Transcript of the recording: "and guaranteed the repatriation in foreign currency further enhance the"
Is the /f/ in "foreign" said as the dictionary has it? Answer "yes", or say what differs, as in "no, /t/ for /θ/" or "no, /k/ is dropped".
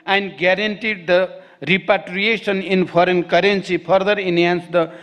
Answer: no, /p/ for /f/